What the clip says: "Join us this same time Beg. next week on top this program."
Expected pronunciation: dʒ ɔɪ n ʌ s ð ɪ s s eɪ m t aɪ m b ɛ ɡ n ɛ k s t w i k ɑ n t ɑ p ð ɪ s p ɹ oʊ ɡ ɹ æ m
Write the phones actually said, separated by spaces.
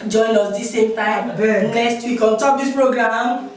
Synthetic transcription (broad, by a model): dʒ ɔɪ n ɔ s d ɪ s s eɪ m t aɪ m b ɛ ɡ l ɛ s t w i k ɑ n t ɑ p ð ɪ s p ɹ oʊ ɡ ɹ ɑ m